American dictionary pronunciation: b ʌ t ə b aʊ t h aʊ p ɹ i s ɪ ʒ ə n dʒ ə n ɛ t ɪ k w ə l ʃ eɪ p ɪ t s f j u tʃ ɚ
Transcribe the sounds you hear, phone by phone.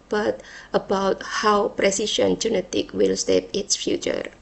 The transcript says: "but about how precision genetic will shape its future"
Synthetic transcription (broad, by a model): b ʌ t ə b aʊ t h aʊ p ɹ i s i ʃ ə n dʒ ə n ɛ t ɪ k w ə l s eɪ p ɪ t s f j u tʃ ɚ